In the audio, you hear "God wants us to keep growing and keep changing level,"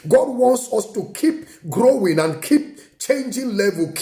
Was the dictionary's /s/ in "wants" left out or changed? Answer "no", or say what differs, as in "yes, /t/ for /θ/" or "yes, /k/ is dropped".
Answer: no